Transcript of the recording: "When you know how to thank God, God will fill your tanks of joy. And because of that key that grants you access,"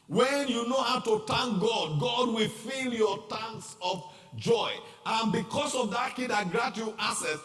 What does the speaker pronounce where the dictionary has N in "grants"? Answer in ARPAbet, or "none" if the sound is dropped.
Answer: none